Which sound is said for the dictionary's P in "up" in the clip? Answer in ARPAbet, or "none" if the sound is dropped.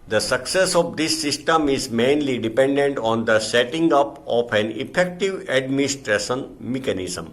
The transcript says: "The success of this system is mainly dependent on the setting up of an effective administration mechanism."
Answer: P